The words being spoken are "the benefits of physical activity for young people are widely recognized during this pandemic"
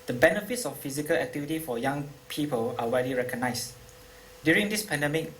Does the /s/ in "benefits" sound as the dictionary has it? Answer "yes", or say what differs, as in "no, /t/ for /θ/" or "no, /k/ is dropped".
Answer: yes